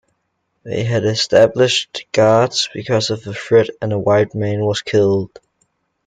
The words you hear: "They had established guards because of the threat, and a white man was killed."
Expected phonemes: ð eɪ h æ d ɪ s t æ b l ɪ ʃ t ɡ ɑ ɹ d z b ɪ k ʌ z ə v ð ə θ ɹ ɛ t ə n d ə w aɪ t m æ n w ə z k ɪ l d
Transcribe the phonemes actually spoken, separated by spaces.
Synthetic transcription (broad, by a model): ð eɪ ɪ d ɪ s t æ b l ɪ ʃ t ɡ ɑ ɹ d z b ɪ k ʌ z ə v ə f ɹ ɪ t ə n ə w aɪ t m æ n w ə z k ɪ l d